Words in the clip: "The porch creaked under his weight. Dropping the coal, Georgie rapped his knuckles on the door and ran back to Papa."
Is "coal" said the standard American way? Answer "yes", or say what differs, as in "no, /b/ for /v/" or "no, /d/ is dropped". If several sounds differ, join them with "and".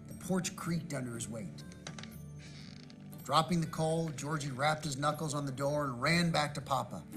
yes